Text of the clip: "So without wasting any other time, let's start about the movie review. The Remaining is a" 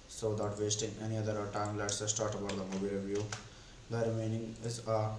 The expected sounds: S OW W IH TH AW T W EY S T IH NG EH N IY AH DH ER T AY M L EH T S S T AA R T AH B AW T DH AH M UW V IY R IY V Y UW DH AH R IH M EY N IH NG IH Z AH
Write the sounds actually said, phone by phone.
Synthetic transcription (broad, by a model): S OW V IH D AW T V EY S T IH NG EH N IY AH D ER T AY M L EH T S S T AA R T AH B AW T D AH M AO B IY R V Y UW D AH R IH M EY N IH NG IH Z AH